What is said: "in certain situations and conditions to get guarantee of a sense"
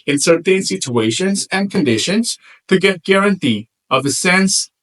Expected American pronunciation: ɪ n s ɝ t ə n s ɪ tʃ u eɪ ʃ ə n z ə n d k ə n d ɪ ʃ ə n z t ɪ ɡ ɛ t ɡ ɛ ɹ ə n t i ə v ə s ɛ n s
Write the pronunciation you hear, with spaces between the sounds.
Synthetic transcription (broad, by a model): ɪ n s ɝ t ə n s ɪ tʃ u eɪ ʃ ə n z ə n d k ə n d ɪ ʃ ə n z t ɪ ɡ ɛ t ɡ ɛ ɹ ə n t i ə v ə s ɛ n s